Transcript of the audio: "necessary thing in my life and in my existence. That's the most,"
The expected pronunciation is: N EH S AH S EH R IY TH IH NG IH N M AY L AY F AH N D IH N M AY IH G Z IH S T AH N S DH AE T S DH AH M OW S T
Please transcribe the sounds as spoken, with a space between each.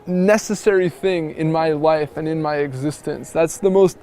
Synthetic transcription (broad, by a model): N EH S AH S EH R IY TH IH NG IH N M AY L AY F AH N IH N M AY IH G Z IH S T AH N S DH AE T S DH AH M OW S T